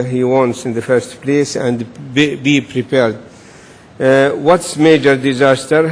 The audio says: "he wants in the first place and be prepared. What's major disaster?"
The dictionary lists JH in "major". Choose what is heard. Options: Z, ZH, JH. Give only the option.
JH